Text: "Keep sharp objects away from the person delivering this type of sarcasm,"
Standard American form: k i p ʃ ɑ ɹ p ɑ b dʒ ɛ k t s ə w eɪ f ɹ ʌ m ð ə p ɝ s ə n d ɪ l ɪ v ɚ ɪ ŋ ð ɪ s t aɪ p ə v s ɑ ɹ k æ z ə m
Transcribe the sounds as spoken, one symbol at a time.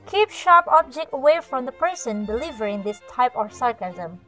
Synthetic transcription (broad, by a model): k i p ʃ ɑ ɹ p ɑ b dʒ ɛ k t ə w eɪ f ɹ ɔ m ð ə p ɝ s ə n d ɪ l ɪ v ɚ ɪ ŋ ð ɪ s t aɪ p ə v s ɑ ɹ k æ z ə m